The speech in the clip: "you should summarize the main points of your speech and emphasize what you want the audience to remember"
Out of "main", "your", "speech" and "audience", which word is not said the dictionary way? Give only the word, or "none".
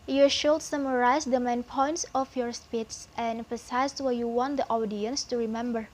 speech